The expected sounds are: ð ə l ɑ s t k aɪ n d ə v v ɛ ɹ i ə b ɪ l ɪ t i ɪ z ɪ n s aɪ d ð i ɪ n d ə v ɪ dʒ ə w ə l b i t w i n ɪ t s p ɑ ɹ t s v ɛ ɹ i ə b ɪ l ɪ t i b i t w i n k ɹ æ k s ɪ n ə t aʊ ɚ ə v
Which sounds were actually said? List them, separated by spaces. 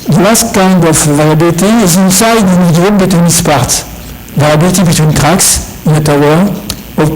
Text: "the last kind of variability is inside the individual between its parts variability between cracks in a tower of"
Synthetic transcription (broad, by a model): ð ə l ɑ s t k aɪ n d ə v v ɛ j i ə b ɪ l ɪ t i ɪ z ɪ n s aɪ d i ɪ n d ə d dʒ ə b i t w i n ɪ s p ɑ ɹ t v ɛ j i b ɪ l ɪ t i b i t w i n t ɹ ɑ k s ɪ n ə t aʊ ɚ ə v